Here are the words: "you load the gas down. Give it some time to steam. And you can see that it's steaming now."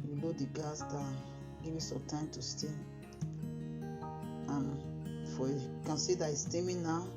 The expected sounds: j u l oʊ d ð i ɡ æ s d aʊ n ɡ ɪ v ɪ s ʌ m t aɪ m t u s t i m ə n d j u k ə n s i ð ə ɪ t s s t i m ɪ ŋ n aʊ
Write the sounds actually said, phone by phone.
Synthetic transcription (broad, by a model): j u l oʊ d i ɡ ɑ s d aʊ n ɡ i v ɪ s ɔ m t aɪ m t u s t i ə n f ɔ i k ə n s i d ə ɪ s s t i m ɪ n aʊ